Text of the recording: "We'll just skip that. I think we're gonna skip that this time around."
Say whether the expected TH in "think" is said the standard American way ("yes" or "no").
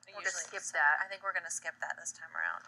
yes